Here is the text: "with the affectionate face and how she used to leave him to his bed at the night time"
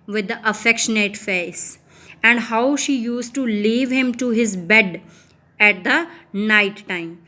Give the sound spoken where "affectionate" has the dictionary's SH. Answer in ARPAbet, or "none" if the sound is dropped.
SH